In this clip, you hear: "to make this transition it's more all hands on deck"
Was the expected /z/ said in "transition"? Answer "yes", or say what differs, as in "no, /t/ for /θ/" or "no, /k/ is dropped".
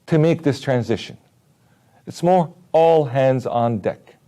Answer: yes